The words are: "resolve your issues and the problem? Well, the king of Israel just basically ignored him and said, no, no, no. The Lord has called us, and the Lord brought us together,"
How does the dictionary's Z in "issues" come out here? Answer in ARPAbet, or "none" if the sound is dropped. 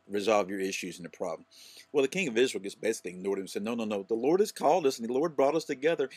Z